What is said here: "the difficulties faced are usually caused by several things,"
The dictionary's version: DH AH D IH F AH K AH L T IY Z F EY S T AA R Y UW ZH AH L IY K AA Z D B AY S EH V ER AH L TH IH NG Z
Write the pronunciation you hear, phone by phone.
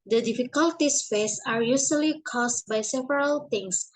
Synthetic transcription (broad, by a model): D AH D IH F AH K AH L T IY S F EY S AA R Y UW S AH L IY K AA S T B AY S EH V ER AH L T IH NG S